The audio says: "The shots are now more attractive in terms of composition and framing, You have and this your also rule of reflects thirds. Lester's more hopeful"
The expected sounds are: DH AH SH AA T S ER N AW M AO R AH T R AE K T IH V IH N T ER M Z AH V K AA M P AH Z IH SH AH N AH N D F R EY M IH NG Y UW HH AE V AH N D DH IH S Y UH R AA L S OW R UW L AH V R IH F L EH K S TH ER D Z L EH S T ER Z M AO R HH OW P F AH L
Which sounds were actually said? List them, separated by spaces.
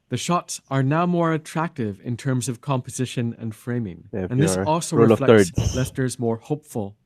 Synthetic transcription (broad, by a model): DH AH SH AA T S ER N AW M AO R AH T R AE K T IH V IH N T ER M Z AH V K AA M P AH Z IH SH AH N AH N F F R EY M IH NG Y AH N DH IH S AA L S OW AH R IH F L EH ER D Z L EH S T ER Z M AO R HH OW P F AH L